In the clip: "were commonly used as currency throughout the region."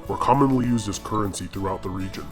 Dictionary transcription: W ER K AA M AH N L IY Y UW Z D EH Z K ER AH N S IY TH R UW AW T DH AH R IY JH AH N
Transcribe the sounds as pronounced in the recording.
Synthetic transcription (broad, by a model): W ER K AA M AH N L IY Y UW Z D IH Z K ER AH N S IY TH R UW AW T DH AH R IY JH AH N